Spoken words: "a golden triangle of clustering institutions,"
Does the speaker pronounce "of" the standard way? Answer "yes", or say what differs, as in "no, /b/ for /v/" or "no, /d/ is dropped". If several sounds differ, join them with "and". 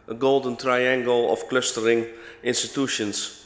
no, /f/ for /v/